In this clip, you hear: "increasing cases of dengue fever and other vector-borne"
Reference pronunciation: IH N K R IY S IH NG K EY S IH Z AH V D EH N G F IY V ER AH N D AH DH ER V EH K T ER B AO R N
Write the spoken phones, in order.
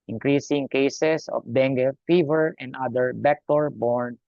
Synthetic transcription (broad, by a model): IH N K R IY S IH NG K EY S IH S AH F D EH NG G F IY V ER AH N D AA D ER B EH K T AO B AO R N